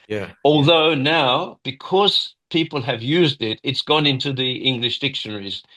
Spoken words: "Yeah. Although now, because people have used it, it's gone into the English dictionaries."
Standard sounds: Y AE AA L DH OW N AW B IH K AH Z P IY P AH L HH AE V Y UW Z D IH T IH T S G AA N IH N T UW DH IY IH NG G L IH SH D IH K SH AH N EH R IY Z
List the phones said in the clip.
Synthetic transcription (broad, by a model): Y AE AA L DH OW N AW B IH K AH Z P IY P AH L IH V Y UW Z D IH T IH T S G AA N IH N T UW DH IY IH NG G L IH SH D IH K SH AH N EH R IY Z